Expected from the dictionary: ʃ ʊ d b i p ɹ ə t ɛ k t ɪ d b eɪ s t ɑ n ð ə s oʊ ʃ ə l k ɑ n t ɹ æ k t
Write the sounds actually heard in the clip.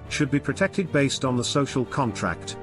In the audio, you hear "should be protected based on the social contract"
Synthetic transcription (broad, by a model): ʃ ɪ d b i p ɹ ə t ɛ k t ɪ d b eɪ s t n ð ə s oʊ ʃ ə l k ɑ n t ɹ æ k t